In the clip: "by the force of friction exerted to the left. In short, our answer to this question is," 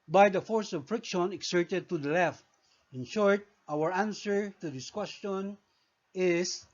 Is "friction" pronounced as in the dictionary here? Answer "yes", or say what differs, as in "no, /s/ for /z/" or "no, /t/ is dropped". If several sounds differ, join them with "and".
yes